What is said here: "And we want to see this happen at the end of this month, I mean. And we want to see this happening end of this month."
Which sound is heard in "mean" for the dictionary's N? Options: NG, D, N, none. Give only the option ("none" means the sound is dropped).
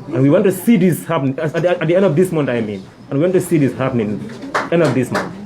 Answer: N